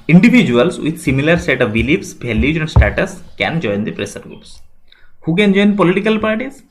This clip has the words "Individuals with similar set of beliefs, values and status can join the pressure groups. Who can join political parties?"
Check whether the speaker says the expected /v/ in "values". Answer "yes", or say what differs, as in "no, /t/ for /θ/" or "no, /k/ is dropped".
no, /b/ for /v/